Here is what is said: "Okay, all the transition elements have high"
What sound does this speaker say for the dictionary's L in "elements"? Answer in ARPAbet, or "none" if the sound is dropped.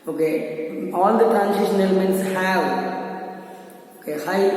L